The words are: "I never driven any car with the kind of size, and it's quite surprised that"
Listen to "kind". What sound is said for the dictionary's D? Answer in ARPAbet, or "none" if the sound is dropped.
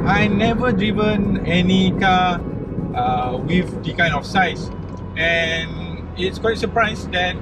none